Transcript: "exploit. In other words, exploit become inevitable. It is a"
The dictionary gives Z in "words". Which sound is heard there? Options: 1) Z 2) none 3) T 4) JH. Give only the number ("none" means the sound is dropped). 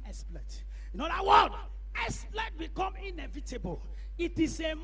2